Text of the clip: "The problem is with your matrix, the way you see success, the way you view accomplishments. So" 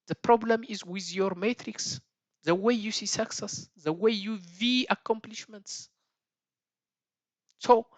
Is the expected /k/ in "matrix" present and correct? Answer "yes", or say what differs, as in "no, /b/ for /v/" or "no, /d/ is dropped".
yes